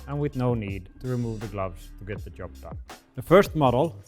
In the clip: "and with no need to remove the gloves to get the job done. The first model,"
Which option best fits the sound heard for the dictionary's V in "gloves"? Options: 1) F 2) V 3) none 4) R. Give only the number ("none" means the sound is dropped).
2